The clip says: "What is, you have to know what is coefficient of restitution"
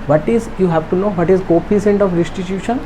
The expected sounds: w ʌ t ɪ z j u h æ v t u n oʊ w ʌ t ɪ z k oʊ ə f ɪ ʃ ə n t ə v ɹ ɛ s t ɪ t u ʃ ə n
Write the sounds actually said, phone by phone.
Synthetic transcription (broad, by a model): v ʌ t ɪ z j u h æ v t u n oʊ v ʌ t ɪ z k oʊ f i s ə n t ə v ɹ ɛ s t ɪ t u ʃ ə n